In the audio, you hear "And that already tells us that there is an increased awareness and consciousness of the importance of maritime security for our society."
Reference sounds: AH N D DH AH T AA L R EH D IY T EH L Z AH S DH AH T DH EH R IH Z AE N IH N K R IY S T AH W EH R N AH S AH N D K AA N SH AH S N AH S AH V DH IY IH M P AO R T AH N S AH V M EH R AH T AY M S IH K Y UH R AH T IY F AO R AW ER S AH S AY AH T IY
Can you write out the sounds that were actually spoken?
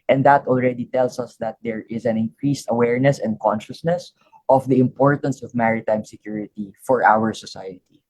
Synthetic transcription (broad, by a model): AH N D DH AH T AA L R EH D IY T EH L S AH S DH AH T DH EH R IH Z AE N IH N K R IY S T AH W EH R N AH S AH N D K AA N SH AH S N AH S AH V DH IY IH M P AO R T AH N S AH V M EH R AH T AY M S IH K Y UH R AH T IY F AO R AW ER S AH S AY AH T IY